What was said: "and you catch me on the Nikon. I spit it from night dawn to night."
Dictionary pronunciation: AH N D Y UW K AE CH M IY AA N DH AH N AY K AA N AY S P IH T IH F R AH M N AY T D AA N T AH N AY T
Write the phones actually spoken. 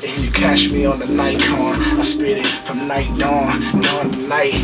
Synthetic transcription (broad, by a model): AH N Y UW K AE SH M IY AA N DH AH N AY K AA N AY S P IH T IH F R AH M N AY D AA N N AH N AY